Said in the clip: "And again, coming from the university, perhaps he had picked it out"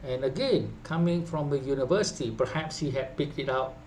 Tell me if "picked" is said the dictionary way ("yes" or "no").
yes